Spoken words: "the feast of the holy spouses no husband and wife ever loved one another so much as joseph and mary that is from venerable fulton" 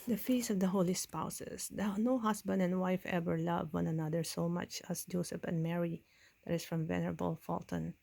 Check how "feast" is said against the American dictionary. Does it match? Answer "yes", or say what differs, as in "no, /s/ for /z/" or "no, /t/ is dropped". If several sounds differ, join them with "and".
no, /t/ is dropped